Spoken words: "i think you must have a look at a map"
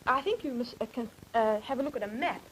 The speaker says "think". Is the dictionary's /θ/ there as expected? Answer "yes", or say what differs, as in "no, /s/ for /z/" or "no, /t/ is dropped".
yes